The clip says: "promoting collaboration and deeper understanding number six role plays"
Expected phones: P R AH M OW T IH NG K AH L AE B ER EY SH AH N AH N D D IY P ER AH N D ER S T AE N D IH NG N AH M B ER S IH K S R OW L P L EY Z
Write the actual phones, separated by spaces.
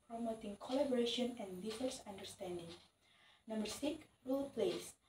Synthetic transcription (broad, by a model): P R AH M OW T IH NG K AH L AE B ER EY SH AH N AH N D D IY F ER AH N D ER S T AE N D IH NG N AH M B ER S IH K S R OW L P L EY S